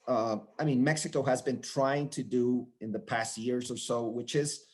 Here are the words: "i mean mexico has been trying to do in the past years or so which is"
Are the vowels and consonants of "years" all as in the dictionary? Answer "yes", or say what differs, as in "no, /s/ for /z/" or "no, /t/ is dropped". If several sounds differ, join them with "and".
yes